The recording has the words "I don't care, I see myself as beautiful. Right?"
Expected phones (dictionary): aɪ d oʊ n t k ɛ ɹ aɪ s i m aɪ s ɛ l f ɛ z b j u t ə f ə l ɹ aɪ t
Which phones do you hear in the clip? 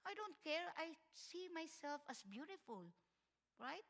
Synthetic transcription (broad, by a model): aɪ d oʊ n t k ɛ ɹ aɪ s i m aɪ s ɛ l f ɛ s b j u t ə f ə l ɹ aɪ t